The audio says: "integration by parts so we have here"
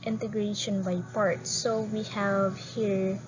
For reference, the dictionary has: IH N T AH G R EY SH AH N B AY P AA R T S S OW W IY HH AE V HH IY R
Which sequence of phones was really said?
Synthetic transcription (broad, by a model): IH N T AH G R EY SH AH N B AY P AA R T S S OW W IY HH AE V HH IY R